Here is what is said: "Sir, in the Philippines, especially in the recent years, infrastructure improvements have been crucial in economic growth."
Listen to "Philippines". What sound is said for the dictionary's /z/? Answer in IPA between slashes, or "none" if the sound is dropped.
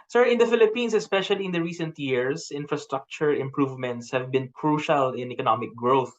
/s/